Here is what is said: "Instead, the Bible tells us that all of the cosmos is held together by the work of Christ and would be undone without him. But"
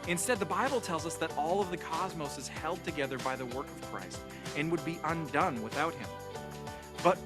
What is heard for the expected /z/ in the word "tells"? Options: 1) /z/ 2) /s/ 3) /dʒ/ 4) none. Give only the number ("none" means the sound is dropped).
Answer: 1